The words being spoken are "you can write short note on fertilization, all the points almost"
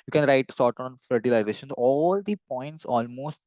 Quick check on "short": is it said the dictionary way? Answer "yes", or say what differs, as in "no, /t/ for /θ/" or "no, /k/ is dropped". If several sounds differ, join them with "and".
no, /s/ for /ʃ/